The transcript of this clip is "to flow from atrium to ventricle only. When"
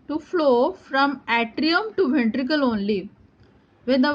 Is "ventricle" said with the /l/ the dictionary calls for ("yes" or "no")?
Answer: yes